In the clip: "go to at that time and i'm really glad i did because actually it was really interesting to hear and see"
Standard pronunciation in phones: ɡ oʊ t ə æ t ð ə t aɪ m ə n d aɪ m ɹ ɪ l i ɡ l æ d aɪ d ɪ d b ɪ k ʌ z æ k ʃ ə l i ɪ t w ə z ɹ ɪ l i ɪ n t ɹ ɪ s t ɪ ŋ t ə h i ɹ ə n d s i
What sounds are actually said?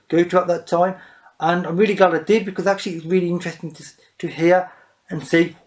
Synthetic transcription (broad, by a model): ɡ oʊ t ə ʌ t ð ə t aɪ m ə n aɪ m ɹ ɪ l i ɡ l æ d aɪ d ɪ d b ɪ k ʌ z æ k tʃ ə l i ɪ t w ə z ɹ ɪ l i ɪ n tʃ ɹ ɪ s t ɪ ŋ t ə h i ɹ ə n s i